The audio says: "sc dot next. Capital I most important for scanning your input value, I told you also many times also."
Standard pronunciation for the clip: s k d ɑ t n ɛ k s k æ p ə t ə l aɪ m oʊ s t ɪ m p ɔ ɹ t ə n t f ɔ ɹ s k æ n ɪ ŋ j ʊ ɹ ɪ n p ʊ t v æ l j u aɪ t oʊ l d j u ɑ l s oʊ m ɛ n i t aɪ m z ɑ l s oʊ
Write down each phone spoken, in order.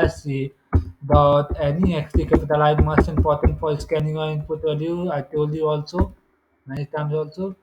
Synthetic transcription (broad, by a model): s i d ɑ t n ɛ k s k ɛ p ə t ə l aɪ m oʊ s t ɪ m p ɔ ɹ t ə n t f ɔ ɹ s k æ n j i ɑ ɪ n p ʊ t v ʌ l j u aɪ t oʊ l d j u ɑ l s oʊ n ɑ i t aɪ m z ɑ l s oʊ